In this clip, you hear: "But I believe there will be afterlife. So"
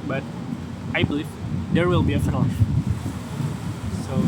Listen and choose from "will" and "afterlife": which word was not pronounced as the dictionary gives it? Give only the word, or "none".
afterlife